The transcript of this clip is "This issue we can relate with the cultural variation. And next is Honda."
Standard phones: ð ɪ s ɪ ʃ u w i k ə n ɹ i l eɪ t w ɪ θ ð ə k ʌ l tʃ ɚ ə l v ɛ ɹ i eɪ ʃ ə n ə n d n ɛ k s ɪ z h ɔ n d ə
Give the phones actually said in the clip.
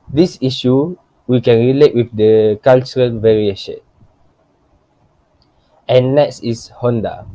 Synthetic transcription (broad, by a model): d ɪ s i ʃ u w i k ə n ɹ i l eɪ t w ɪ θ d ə k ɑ l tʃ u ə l v ɛ ɹ i eɪ ʃ ə n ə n n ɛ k s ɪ s h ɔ n d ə